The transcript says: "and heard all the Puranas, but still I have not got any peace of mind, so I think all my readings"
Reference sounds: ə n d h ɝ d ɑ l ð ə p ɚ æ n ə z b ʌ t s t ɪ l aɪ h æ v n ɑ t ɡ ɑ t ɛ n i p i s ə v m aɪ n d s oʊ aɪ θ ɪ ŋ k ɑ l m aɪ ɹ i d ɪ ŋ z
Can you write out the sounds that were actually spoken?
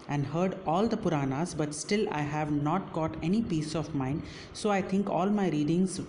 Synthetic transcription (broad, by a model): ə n d h ɝ d ɑ l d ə p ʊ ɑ n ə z b ʌ t s t ɪ l aɪ h æ v n ɑ t ɡ ɑ t ɛ n i p i s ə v m aɪ n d s oʊ aɪ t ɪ ŋ k ɑ l m aɪ ɹ i d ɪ ŋ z